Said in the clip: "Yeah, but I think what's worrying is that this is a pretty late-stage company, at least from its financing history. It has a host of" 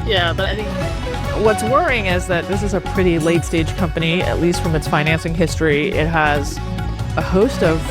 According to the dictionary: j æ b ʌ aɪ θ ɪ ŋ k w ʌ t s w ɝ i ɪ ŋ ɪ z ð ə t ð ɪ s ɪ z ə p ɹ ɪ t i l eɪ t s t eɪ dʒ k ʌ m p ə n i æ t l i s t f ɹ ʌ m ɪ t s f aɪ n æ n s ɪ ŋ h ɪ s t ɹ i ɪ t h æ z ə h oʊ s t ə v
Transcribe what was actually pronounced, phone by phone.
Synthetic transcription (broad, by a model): j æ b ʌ aɪ θ ɪ ŋ k w ʌ t s w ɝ ɪ ŋ ɪ z ð ə t ð ɪ s ɪ z ə p ɹ ɪ t i l eɪ t s t eɪ dʒ k ʌ m p ə n i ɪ t l i s t f ɹ ʌ m ɪ t s f aɪ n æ n s ɪ ŋ h ɪ s t ɹ i ɪ t h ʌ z ə h oʊ s t ə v